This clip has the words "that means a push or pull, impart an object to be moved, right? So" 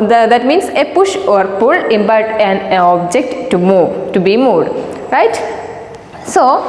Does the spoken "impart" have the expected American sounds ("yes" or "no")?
no